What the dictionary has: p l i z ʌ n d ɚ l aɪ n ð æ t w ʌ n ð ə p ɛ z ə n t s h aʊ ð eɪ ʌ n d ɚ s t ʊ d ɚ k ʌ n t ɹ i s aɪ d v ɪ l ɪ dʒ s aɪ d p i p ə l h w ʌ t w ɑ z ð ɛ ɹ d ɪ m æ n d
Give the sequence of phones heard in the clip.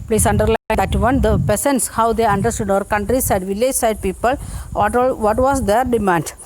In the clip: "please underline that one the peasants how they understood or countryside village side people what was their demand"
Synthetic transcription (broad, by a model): p l i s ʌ n d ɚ l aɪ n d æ t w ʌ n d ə p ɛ s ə n t s h aʊ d eɪ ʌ n d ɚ s t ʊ d ɚ k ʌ n t ɹ i s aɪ d v ɪ l ɪ dʒ s aɪ d p i p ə l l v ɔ t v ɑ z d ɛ ɹ d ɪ m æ n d